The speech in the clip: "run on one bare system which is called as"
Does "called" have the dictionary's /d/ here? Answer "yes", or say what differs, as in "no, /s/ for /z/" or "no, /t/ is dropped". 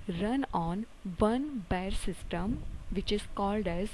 yes